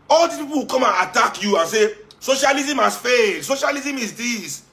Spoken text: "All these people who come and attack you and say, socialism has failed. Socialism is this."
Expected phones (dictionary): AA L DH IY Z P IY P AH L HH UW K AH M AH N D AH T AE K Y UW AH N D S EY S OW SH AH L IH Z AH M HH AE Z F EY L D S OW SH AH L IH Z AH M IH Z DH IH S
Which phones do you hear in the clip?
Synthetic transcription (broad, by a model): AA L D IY P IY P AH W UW K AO M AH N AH T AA K Y UW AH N S EY S OW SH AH L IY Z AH M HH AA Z F EY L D S OW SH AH L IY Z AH M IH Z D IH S